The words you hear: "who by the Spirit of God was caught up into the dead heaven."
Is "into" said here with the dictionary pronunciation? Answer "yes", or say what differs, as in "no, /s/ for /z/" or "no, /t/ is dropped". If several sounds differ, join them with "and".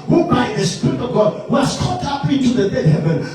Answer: no, /n/ is dropped